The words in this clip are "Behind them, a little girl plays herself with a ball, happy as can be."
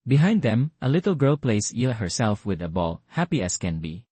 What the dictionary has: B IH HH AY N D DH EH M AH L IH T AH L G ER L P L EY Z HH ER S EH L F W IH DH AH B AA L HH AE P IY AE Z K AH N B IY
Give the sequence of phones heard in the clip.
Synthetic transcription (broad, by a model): B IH HH AY N D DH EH M AH L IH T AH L G ER L P L EY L HH ER S EH L F W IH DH AH B AA L HH AE P IY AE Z K AH N B IY